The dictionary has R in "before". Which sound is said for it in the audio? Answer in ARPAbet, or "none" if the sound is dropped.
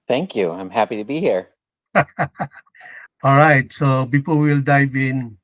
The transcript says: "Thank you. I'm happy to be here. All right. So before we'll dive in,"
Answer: L